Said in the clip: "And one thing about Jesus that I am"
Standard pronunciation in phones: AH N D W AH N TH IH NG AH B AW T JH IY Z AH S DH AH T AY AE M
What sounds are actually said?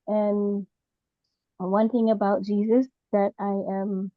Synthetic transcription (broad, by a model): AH N W AH N TH IH NG AH B AW T JH IY Z AH S DH AH T AY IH M